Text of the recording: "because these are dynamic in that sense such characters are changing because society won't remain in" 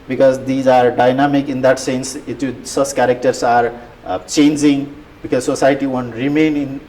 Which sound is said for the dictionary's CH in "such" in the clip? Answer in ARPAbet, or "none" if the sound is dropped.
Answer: S